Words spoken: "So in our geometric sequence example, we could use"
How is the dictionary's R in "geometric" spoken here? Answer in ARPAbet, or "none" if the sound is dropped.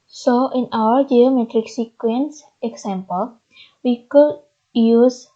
R